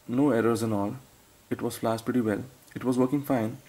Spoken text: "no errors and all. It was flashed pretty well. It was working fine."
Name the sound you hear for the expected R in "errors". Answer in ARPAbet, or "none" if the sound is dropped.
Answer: R